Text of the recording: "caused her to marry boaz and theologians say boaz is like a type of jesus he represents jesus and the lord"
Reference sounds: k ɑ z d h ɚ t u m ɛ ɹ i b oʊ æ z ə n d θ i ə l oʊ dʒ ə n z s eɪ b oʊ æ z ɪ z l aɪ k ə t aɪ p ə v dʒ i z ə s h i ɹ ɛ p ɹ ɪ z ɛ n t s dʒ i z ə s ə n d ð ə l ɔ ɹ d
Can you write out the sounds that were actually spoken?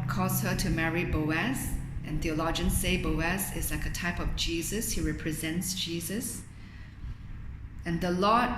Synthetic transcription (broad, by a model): k ɑ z h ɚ t u m ɛ ɹ i b oʊ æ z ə n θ i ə l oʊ dʒ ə n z s eɪ b oʊ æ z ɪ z l aɪ k ə t aɪ p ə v dʒ i z ə s h i ɹ ɛ p ɹ ɪ z ɛ n t s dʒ i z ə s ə n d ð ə l ɔ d